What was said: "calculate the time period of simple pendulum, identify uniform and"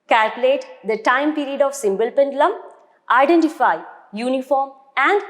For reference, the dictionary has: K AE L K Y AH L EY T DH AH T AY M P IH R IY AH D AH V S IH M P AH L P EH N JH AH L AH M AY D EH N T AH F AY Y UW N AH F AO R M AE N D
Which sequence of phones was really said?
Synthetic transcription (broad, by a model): K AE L K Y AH L EY T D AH T AY M P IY R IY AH D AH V S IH M B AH L P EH N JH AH L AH M AY D EH N T AH F AY Y UW N AH F AO R M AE N D